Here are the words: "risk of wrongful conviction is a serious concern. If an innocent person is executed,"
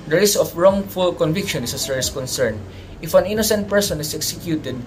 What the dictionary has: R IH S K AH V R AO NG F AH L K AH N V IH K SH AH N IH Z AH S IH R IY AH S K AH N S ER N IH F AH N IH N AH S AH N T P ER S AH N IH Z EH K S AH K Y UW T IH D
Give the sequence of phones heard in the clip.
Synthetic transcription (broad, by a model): R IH S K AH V R AO NG F AH L K AH N V IH K SH AH N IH S AH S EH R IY S K AH N S ER N IH F AH N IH N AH S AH N T P ER S AH N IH S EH K S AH K Y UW T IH D